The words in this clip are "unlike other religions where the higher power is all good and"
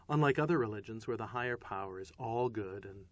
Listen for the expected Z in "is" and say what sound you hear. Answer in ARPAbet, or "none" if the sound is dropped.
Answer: Z